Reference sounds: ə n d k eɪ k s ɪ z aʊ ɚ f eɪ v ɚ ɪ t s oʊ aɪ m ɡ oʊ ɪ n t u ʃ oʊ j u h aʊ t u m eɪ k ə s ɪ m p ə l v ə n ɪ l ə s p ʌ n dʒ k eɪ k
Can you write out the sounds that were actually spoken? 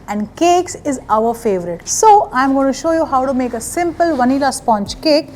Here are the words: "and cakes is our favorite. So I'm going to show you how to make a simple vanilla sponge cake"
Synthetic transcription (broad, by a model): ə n d k eɪ k s ɪ z aʊ ɚ f eɪ v ɚ ɪ t s oʊ aɪ m ɡ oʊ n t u ʃ oʊ j u h aʊ t u m eɪ k ə s ɪ m p ə l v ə n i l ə s p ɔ n tʃ k eɪ k